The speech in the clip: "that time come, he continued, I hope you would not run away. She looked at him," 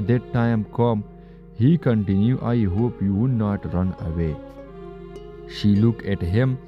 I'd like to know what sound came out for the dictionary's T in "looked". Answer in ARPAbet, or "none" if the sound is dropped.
none